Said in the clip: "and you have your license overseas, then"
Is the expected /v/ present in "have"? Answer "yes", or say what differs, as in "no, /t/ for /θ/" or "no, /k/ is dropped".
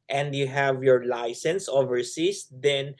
yes